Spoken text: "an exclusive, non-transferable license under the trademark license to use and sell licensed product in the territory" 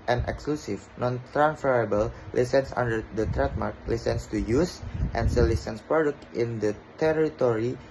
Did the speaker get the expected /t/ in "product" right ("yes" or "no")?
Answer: yes